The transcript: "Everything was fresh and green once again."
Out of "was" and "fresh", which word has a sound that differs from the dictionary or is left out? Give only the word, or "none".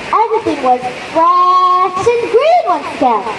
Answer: fresh